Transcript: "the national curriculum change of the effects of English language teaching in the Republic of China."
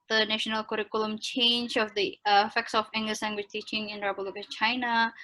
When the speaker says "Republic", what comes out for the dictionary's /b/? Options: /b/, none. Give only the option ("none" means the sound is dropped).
none